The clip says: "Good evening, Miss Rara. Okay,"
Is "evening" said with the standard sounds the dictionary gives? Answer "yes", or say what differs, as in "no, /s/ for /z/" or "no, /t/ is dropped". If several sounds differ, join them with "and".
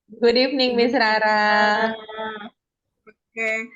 no, /f/ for /v/